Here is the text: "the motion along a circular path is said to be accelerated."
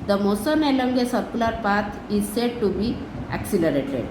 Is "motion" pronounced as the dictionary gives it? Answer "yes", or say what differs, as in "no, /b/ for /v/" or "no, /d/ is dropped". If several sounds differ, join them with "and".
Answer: no, /s/ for /ʃ/